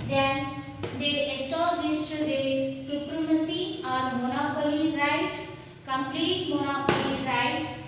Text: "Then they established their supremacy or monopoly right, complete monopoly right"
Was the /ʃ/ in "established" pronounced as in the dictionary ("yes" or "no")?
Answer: no